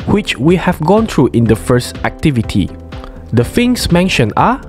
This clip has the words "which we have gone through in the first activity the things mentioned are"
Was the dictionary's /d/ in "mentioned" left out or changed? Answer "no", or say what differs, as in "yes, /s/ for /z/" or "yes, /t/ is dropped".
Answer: yes, /d/ is dropped